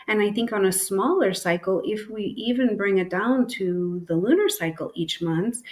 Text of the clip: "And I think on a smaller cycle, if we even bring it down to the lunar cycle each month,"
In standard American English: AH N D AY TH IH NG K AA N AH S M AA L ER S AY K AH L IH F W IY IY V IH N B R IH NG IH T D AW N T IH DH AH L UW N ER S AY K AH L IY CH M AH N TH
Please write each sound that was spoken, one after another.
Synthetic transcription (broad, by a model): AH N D AY TH IH NG K N AH S M AA L ER S AY K L IH F W IY IY V IH N B R IH NG IH T D AW N T IH DH AH L UW N ER S AY K L IY CH M AH N TH